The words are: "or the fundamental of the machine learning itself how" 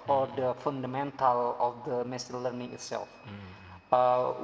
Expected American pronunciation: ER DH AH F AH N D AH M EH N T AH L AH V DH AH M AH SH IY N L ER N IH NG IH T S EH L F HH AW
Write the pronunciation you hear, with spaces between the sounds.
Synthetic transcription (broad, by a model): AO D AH F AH N D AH M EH N T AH L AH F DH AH M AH S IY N L ER N IH NG IH T S EH L F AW